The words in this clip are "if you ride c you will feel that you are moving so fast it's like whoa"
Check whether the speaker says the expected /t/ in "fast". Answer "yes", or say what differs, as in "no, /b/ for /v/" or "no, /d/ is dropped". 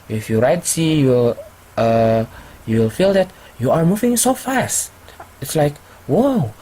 yes